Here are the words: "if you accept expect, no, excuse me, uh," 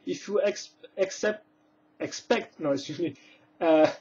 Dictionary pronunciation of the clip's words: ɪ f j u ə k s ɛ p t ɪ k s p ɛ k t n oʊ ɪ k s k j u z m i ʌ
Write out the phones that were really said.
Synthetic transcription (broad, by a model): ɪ f j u ə k s ɛ p t ɪ k s p ɛ k t n oʊ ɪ s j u m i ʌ